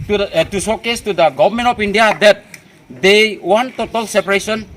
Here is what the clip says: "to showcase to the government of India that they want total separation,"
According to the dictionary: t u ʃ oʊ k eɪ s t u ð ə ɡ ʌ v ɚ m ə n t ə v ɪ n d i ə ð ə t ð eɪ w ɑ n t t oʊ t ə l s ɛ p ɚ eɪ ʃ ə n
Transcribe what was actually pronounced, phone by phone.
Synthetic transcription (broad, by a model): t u s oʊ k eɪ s t u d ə ɡ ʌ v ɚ m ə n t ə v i n d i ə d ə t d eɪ w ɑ n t t oʊ t ə l s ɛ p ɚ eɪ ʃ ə n